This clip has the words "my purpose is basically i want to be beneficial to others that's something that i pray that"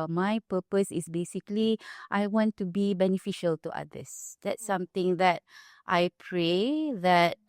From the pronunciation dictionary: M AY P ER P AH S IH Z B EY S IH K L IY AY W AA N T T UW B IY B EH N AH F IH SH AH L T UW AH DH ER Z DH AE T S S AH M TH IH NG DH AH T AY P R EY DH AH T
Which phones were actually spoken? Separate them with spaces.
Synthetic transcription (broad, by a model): M AY P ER P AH S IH S B EY S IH K L IY AY W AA N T T UW B IY B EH N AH F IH SH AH L T UW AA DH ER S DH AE T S S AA M T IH NG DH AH T AY P R EY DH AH T